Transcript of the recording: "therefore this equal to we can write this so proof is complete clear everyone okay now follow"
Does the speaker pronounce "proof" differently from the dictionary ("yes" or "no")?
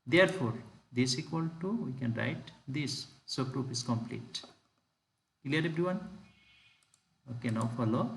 yes